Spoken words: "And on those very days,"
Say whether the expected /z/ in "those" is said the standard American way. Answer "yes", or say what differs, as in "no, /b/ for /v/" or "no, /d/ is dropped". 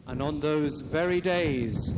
yes